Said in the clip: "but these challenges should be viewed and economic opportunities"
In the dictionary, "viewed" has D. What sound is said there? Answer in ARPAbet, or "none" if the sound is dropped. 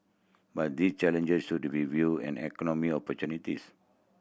none